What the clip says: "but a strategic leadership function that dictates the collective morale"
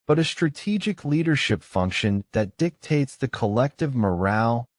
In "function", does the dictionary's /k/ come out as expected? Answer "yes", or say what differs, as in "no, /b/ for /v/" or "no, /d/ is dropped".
yes